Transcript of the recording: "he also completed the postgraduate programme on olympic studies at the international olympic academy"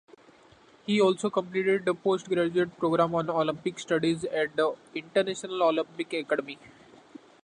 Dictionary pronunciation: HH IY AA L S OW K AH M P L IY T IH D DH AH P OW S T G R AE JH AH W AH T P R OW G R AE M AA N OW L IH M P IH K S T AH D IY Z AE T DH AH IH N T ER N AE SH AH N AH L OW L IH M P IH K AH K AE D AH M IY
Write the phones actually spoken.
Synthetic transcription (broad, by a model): HH IY AA L S OW K AH M P L IY T IH D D AH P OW S T G R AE JH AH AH T P R OW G R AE M AA N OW L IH M P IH K S T AH D IY Z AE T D AH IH N T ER N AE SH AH N AH L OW L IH M P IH K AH K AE D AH M IY